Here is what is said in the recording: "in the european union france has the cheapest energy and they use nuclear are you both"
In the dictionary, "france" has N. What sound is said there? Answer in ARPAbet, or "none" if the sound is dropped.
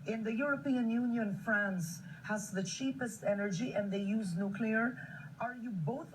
N